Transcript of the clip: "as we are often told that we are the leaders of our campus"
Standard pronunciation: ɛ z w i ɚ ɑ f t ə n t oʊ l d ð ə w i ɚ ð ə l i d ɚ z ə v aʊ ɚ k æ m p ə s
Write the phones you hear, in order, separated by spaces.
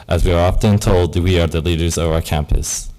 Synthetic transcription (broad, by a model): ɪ z w i ɚ ɑ f t ə n t oʊ l d w i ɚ ð ə l i d ɚ z ə v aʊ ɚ k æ m p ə s